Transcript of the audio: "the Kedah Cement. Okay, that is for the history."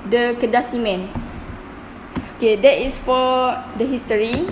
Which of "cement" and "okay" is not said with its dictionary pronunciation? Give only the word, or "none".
cement